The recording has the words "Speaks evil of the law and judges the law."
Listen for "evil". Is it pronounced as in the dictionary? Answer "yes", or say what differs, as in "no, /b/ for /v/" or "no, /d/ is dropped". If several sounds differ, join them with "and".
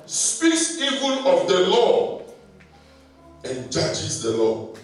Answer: no, /n/ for /l/